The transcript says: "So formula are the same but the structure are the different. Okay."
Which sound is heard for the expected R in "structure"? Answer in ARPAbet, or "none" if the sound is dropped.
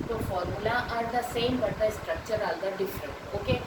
R